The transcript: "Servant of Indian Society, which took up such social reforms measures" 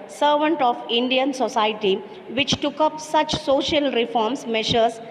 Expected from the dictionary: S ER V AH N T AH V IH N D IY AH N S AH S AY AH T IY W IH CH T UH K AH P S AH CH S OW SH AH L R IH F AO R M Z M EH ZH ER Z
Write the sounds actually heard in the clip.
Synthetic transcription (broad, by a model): S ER V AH N T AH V IH N D IY AH N S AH S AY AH T IY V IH CH T UH K AH P S AH CH S OW SH AH L R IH F AO R M S M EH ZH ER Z